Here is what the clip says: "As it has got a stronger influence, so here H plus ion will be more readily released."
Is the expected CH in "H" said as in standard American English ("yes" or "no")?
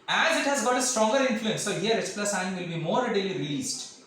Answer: no